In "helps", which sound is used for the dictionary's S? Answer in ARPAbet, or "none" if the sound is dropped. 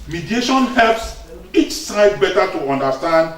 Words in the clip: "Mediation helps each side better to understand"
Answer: S